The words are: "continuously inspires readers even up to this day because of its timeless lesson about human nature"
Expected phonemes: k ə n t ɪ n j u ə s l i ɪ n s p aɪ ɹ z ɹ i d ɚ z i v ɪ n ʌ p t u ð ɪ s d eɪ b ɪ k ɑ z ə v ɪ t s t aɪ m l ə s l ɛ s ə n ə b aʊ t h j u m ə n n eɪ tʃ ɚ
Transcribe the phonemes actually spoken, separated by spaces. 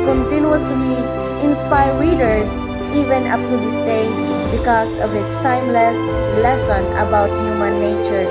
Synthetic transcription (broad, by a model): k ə n t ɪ n j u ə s l i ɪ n s p aɪ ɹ ɹ i d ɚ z i v ɪ n ʌ p t u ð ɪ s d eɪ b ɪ k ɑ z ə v ɪ t s t aɪ m l ə s l ɛ s ə n ə b aʊ t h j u m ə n n eɪ tʃ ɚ